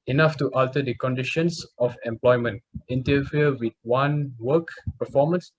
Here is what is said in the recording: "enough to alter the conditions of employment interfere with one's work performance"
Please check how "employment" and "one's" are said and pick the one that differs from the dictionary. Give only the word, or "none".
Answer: one's